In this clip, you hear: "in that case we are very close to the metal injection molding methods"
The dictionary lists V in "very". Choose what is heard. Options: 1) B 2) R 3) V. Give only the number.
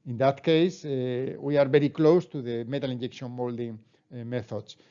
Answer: 1